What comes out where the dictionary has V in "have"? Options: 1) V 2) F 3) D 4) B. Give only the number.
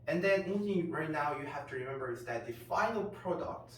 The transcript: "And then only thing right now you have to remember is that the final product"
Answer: 2